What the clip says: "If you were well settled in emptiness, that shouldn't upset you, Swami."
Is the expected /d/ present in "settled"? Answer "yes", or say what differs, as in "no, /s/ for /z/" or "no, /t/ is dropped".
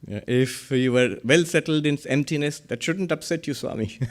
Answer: yes